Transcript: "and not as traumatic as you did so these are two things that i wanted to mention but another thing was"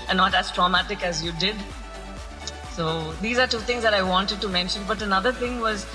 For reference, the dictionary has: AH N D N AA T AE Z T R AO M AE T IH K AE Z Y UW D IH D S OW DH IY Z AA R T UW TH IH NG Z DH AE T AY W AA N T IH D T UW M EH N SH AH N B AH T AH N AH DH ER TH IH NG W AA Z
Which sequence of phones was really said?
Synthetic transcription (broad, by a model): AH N N AA T AE Z T R AO M AE T IH K AE Z Y UW D IH D S OW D IY Z AA R T UW T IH NG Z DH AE T AY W AA N T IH D T UW M EH N SH AH N B AH T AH N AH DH ER T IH NG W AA Z